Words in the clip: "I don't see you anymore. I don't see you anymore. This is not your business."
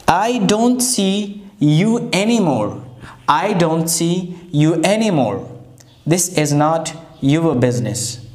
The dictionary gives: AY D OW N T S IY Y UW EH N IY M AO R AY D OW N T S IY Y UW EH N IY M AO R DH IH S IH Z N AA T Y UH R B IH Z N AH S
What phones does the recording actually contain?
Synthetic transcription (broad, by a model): AY D OW N T S IY Y UW EH N IY M AO R AY D OW N T S IY Y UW EH N IY M AO R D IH S IH Z N AA T Y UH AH B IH Z N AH S